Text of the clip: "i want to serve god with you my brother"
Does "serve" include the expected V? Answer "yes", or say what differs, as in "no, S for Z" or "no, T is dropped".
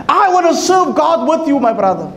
yes